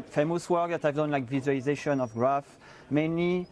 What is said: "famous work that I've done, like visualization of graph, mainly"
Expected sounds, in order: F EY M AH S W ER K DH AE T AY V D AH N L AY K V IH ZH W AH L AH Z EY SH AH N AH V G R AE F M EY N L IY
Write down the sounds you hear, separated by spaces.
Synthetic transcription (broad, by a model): F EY M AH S W ER K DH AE T AY V D AH N L AY K V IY Z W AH L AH Z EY SH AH N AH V G R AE F M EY N L IY